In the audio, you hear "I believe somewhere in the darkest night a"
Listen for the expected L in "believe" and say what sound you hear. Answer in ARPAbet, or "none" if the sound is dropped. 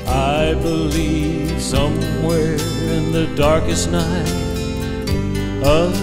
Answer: L